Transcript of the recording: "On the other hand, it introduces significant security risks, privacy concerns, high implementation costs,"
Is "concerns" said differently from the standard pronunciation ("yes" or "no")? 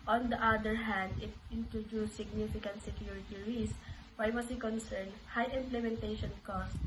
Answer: yes